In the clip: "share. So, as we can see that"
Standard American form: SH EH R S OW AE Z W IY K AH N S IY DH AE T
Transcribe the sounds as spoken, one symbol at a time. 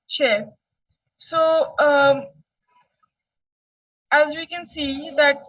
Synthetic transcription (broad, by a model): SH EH S OW AE Z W IY K AH N S IY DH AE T